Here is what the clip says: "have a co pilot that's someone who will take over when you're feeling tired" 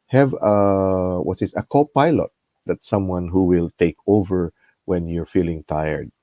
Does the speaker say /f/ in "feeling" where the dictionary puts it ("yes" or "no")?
yes